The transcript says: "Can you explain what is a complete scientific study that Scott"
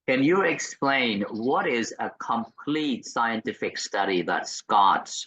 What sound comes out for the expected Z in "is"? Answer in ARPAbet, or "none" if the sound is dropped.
Z